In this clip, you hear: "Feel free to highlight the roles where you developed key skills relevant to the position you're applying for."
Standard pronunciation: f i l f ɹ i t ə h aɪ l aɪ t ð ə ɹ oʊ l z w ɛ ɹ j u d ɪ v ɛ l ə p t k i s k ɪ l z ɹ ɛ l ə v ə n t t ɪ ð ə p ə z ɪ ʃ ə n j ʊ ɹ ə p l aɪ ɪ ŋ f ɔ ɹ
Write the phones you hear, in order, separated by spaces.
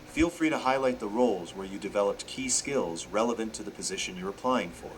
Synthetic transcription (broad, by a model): f i l f ɹ i t ə h aɪ l aɪ t ð ə ɹ oʊ l z w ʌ ɹ j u d ɪ v ɛ l ə p t k i s k ɪ l z ɹ ɛ l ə v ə n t t ɪ ð ə p ə z ɪ ʃ ə n j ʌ ɹ ə p l aɪ ɪ ŋ f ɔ ɹ